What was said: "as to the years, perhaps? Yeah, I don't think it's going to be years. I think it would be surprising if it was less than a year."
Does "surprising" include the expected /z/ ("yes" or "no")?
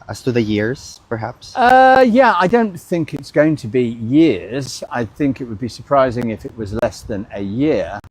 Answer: yes